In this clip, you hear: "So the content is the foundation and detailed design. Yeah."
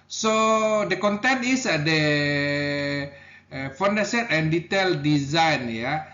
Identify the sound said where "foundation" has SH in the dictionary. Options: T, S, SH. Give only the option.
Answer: S